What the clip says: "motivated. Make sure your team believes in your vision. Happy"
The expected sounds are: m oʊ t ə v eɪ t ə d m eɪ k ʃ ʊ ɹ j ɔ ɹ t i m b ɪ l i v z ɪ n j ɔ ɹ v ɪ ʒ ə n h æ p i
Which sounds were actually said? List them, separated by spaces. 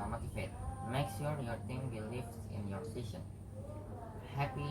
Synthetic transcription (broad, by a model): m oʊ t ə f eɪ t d m eɪ k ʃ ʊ ɹ j ɔ ɹ t i m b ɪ l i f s ɪ n j ɔ ɹ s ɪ ʃ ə n h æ p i